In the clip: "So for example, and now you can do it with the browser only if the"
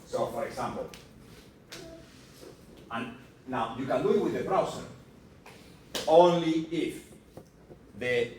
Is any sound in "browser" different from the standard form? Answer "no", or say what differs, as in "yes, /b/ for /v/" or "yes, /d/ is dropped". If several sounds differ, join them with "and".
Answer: yes, /s/ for /z/